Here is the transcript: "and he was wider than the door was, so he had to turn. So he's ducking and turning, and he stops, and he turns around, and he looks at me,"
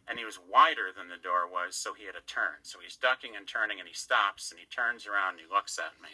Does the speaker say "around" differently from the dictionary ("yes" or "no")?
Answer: yes